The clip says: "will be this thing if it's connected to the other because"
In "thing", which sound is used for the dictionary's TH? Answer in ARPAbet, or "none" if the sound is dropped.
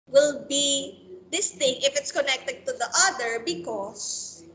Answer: T